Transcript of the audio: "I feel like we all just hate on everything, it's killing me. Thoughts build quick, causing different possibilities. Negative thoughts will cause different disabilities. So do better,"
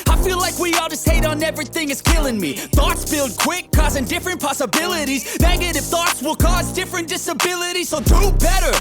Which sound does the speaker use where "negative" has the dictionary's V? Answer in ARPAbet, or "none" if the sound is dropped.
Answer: F